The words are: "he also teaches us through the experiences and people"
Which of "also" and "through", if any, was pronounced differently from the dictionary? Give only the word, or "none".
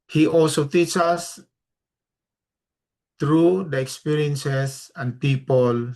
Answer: through